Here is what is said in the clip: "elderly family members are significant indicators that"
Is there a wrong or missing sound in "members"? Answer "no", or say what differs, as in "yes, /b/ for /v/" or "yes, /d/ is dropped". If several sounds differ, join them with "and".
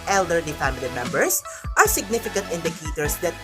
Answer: yes, /s/ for /z/